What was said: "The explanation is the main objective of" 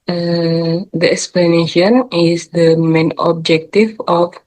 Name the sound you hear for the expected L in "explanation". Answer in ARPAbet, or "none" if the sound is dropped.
L